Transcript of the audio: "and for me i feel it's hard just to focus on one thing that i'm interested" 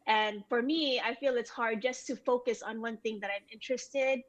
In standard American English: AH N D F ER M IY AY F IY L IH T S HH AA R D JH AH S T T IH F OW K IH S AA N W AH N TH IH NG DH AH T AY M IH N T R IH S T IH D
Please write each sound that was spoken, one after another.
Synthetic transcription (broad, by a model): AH N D F ER M IY AY F IY L IH T S HH AA R D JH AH S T T IH F OW K IH S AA N W AH N TH IH NG DH AH T AY M IH N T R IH S T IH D